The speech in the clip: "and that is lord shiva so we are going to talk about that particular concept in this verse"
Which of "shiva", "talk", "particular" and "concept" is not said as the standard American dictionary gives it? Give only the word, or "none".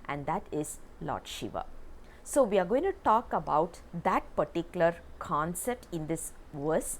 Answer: none